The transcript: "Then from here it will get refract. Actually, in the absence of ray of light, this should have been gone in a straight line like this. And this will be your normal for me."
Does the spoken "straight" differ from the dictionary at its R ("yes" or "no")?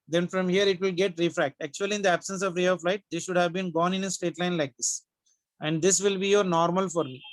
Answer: yes